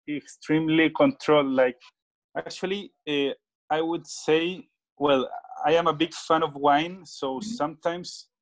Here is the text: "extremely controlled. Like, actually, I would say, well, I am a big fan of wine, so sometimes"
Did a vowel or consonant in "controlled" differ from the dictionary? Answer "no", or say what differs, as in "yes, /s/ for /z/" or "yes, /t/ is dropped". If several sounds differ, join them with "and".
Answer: no